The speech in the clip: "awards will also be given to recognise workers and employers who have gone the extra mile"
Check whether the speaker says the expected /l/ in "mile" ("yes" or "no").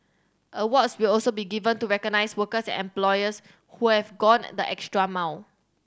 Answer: no